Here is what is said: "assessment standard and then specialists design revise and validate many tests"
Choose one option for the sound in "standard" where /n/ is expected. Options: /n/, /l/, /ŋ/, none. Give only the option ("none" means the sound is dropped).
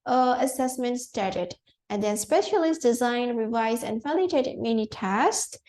none